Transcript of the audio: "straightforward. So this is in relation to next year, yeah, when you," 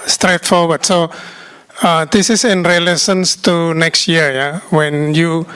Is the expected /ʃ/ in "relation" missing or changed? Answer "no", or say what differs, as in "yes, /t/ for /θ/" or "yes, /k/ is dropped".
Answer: yes, /s/ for /ʃ/